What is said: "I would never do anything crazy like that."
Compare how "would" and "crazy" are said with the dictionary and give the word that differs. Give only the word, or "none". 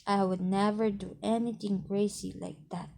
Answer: crazy